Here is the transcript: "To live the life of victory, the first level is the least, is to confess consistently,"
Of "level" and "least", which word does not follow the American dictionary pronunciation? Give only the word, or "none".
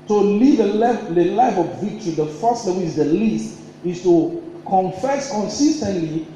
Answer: level